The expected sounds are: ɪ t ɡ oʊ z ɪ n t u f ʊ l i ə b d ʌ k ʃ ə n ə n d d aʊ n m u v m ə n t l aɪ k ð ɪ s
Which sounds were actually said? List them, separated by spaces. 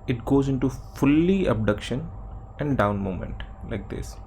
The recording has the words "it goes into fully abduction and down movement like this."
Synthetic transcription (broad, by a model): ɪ t ɡ oʊ z ɪ n t u f ʊ l i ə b d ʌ k ʃ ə n ə n d d aʊ n m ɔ m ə n t l aɪ k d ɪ s